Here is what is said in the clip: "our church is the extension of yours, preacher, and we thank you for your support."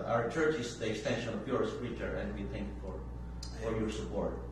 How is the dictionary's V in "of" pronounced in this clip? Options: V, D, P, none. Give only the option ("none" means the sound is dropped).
P